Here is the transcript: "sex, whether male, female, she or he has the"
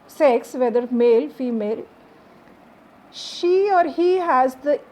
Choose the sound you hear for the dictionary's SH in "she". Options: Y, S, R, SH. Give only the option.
SH